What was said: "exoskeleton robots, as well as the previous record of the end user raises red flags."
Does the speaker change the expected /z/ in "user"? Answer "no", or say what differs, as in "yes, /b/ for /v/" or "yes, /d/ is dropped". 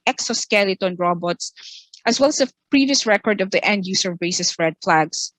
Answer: yes, /s/ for /z/